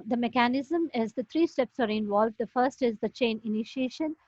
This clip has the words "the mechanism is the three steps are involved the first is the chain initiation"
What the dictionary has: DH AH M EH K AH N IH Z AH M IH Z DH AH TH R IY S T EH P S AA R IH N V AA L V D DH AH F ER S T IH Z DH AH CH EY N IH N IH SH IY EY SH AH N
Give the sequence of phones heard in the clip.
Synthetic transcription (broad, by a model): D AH M EH K AH N IH Z AH M IH Z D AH T R IY S T EH P S AA R IH N V AA L V D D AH F ER S T IH Z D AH CH EY N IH N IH SH IY EY SH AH N